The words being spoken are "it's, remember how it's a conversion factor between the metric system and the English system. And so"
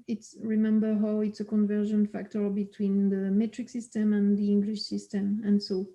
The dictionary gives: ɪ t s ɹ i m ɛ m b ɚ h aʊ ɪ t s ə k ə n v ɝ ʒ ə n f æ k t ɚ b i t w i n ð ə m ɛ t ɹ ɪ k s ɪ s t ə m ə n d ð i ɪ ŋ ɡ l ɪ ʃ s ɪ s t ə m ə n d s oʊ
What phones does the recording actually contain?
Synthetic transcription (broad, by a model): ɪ t s ɹ i m ɛ m b ɚ h aʊ ɪ t s ə k ə n v ɝ ʒ ə n f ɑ k t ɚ b i t w i n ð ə m ɛ t ɹ ɪ k s ɪ s t ə m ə n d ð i ɪ ŋ ɡ l ɪ ʃ s ɪ s t ə m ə n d s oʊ